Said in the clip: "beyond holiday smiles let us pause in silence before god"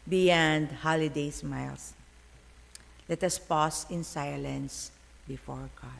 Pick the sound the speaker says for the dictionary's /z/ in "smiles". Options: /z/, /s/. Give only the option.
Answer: /s/